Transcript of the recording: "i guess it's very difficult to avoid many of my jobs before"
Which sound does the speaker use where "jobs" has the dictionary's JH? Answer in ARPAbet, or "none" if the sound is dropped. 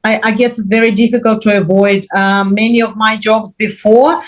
JH